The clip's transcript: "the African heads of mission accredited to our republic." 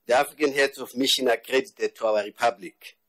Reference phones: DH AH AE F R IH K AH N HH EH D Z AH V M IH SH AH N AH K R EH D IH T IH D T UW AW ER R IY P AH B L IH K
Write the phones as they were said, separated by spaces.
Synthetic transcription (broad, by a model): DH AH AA F R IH K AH N HH EH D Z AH F M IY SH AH N AH K R EH D IH T IH D T UW AW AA R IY P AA B L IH K